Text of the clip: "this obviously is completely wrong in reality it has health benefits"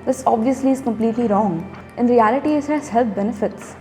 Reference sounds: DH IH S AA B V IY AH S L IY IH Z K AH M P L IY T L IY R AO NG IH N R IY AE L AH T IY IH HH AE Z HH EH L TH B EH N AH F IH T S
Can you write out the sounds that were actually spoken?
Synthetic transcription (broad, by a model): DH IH S AA B V IY AH S L IY IH Z K AH M P L IY T L IY R AO NG IH N R IY AE L AH T IY IH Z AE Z HH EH L T B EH N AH F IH T S